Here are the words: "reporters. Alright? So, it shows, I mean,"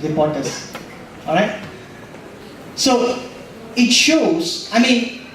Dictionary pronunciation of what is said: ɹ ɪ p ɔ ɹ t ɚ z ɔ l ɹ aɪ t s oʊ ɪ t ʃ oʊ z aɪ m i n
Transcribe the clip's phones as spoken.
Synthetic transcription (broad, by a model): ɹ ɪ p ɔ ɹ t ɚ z ɔ l ɹ aɪ t s oʊ ɪ t ʃ oʊ z aɪ m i n